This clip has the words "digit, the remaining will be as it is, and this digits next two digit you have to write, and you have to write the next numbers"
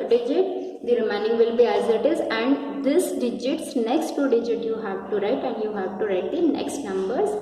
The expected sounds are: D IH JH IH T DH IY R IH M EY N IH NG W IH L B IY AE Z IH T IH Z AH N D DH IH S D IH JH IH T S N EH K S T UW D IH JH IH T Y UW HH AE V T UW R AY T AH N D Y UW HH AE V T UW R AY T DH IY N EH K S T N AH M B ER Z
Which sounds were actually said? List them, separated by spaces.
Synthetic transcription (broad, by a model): D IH JH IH T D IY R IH M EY N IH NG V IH L B IY AE Z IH T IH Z AH N D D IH S D IH JH IH T S N EH K S T UW D IH JH IH T Y UW HH AE V T UW R AY T AH N D Y UW HH AE V T UW R AY T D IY N EH K S T N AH M B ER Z